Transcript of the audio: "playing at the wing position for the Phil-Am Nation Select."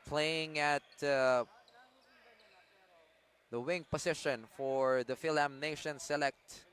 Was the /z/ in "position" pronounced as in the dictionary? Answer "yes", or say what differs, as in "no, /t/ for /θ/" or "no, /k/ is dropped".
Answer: no, /s/ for /z/